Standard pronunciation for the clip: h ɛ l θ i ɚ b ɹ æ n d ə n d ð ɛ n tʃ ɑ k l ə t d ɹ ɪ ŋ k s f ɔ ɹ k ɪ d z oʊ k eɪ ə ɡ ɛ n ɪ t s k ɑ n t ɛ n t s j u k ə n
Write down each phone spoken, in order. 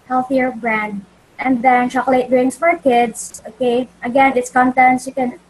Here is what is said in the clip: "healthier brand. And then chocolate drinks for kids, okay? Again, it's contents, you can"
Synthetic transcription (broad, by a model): h ɛ l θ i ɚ b ɹ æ n d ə n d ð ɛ n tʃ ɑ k l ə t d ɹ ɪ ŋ s f ɔ ɹ k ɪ d s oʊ k eɪ ə ɡ ɛ n ɪ t s k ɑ n t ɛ n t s j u k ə n